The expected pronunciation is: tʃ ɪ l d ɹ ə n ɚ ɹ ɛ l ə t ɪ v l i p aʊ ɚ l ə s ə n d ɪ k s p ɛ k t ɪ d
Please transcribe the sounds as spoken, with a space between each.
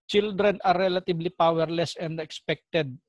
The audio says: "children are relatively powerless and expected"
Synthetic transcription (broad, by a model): tʃ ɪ l d ɹ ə n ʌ ɹ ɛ l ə t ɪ b l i p aʊ ɚ l ə s ə n d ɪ k s p ɛ k t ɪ d